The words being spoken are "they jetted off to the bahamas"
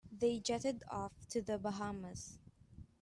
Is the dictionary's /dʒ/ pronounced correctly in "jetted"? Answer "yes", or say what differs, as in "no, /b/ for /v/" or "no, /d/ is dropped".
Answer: yes